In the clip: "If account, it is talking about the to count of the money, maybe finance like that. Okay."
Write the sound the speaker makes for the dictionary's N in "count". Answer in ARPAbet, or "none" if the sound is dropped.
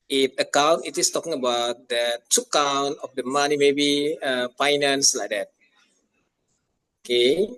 N